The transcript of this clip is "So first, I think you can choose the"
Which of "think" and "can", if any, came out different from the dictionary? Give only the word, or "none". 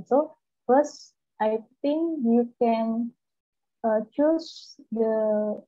think